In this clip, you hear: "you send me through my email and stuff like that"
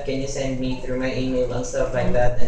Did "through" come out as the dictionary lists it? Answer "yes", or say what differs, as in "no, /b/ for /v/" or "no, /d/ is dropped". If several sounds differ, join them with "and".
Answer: yes